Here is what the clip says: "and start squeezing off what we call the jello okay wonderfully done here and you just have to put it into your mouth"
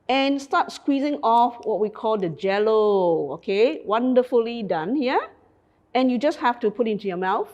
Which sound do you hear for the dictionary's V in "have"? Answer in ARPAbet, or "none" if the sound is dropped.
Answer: F